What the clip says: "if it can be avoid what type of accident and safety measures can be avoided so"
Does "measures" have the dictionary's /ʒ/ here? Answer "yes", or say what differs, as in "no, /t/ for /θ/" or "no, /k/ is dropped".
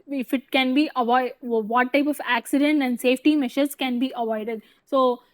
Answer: no, /ʃ/ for /ʒ/